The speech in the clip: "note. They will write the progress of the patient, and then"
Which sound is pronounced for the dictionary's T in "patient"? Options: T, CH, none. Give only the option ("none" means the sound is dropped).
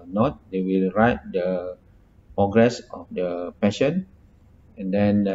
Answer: none